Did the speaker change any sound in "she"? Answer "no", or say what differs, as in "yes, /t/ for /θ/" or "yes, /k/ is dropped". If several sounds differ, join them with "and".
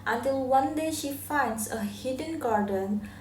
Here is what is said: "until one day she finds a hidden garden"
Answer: no